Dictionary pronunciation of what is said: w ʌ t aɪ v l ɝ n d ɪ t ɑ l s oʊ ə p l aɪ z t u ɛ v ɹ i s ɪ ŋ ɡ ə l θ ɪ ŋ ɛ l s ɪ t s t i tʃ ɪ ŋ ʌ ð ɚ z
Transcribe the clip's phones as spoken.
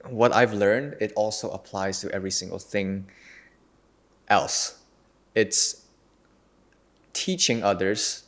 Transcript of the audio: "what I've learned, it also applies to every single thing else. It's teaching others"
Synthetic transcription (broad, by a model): w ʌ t aɪ v l ɝ n d ɪ t ɑ l s oʊ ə p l aɪ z t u ɛ v ɹ i s ɪ ŋ ɡ ə l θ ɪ ŋ ɛ l s ɪ t s t i tʃ ɪ ŋ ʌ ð ɚ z